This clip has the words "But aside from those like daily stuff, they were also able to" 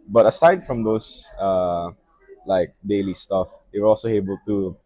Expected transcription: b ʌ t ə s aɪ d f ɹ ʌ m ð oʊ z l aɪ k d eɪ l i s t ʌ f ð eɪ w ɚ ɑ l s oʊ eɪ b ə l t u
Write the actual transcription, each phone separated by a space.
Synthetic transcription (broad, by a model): b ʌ t ə s aɪ d f ɹ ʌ m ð oʊ s l aɪ k d eɪ l i s t ʌ f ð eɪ w ɚ ɑ l s oʊ eɪ b ə l t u